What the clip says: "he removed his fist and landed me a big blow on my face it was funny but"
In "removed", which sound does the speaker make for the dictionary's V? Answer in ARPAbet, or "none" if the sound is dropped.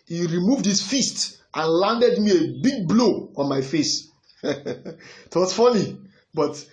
V